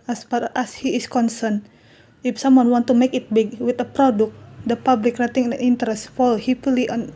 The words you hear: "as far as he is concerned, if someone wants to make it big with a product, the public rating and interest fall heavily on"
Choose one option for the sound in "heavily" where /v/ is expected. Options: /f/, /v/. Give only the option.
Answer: /f/